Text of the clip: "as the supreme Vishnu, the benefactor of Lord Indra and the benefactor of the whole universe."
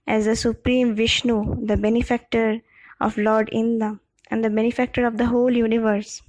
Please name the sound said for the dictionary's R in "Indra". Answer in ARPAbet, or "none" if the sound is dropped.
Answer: none